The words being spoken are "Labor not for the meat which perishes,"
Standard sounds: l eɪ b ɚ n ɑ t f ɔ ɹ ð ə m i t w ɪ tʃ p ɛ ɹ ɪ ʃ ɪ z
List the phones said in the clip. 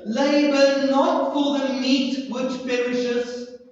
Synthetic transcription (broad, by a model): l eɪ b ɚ n ɑ t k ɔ l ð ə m i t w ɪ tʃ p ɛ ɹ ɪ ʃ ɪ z